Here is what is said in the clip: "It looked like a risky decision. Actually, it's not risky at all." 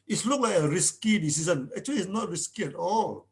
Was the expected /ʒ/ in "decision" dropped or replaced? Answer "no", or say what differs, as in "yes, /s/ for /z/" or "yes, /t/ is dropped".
yes, /s/ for /ʒ/